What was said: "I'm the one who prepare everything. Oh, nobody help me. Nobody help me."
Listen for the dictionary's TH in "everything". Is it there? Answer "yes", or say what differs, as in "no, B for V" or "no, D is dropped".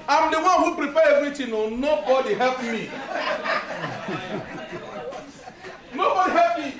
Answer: no, T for TH